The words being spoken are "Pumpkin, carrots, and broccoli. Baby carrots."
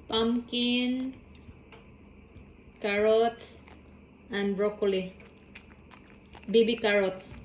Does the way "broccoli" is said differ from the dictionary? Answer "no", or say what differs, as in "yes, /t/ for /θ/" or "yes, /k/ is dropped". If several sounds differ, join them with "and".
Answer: no